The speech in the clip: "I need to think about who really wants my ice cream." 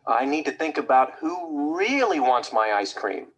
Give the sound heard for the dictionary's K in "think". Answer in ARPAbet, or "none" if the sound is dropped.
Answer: K